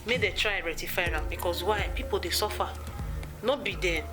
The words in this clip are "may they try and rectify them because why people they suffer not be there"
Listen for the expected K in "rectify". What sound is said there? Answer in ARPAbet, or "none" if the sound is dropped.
none